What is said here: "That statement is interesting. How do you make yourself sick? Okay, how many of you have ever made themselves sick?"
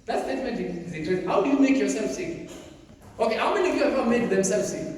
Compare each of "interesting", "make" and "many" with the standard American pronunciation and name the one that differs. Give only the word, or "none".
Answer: interesting